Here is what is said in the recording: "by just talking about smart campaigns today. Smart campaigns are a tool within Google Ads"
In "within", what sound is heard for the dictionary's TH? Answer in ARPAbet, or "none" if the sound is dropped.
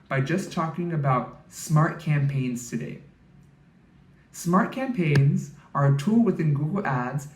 TH